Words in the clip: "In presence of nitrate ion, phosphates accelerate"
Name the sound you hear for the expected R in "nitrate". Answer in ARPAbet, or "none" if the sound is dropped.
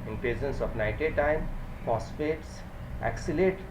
none